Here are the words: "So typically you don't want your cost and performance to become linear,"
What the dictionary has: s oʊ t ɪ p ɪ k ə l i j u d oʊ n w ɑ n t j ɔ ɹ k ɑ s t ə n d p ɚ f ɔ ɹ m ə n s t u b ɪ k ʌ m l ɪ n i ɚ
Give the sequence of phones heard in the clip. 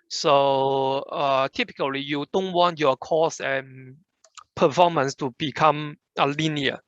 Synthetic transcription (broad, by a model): s oʊ t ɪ p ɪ k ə l i j u d oʊ n w ɑ n t j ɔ k ɑ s ə n p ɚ f ɔ m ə n s t u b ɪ k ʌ m l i n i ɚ